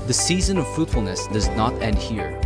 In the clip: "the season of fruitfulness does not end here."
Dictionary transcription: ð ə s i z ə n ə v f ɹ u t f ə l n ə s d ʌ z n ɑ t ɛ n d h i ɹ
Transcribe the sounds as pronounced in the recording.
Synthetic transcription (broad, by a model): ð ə s i z ə n ə v f ɹ u t f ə l n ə s d ʌ z n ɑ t ɛ n d h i ɹ